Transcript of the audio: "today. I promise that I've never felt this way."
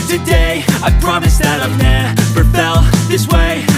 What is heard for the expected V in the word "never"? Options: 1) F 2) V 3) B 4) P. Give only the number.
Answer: 4